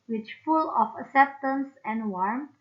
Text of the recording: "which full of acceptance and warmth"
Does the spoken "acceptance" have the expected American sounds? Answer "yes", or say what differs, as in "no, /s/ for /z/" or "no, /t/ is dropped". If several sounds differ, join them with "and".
yes